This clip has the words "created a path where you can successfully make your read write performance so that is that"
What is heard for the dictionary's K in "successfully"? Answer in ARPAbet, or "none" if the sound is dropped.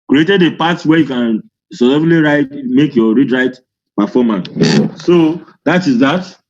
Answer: none